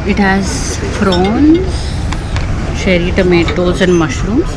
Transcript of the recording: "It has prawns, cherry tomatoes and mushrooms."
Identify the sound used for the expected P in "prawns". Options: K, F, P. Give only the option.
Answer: F